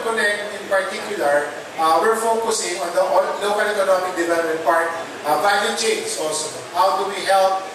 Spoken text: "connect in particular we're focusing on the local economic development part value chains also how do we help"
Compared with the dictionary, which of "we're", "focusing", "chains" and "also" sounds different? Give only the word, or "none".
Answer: chains